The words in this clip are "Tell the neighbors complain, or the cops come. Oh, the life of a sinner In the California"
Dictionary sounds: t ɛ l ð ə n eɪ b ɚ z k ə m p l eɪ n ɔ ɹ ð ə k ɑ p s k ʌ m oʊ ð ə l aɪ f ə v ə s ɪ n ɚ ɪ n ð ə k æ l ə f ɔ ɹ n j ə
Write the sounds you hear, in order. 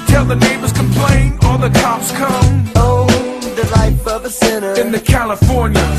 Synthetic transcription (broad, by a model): t ɛ l ð ə n eɪ b ɚ z k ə m p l eɪ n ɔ l ð ə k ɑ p s k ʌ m oʊ ð ə l aɪ f ə v ə s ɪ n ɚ ɪ n ð ə k æ l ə f ɔ ɹ n j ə